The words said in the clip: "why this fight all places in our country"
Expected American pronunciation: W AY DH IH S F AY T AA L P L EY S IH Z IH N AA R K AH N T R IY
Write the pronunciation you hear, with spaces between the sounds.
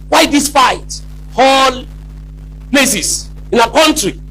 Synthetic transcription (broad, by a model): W AY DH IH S F AY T AA L P L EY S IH S IH N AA K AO N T R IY